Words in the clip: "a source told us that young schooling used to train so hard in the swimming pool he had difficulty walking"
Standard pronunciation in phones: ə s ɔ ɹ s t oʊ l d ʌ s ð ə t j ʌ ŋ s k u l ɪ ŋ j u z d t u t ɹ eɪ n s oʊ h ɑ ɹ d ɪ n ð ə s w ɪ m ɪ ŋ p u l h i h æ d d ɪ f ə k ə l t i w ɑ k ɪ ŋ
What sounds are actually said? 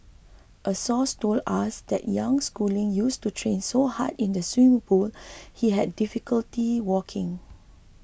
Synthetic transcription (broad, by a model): ə s ɔ s t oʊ l ɑ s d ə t j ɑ ŋ s k u l ɪ ŋ j u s t u t ɹ eɪ n s oʊ h ɑ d ɪ n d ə s w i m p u l h i h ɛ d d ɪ f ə k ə l t i w ɑ k ɪ ŋ